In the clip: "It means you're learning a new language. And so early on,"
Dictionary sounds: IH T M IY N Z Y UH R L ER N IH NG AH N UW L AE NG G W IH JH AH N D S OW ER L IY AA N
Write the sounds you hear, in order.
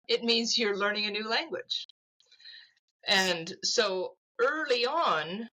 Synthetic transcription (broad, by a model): IH T M IY N Z Y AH R L ER N IH NG AH N UW L AE NG G W IH JH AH N S OW ER L IY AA N